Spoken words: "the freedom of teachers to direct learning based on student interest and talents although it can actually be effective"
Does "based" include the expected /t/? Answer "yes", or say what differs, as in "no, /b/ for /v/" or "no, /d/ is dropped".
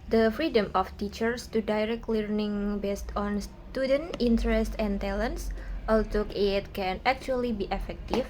yes